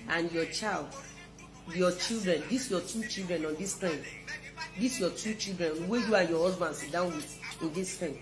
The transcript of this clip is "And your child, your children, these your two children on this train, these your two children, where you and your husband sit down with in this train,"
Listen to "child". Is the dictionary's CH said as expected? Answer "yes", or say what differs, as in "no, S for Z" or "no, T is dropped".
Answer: yes